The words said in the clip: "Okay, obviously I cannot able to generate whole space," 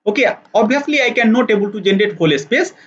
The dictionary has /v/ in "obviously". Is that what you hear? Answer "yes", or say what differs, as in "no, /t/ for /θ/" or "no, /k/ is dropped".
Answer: no, /v/ is dropped